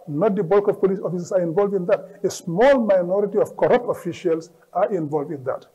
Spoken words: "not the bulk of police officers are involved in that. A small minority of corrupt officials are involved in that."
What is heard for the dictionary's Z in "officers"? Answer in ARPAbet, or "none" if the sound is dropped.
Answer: S